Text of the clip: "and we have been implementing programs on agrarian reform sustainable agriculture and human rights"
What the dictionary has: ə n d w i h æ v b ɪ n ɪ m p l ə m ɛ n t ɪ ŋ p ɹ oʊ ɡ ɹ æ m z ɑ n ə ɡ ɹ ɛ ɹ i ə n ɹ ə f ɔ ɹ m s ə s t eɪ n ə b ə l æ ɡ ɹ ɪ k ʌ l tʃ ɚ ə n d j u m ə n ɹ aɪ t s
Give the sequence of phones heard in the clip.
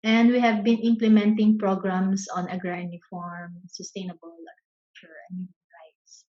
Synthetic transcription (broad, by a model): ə n d w i h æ v b ɪ n ɪ m p l ə m ɛ n t ɪ ŋ p ɹ oʊ ɡ ɹ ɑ m s ɑ n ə ɡ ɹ ɹ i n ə f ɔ ɹ m s ə s t eɪ n ə b ə l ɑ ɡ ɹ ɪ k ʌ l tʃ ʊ ə n d j u m ə n ɹ aɪ t s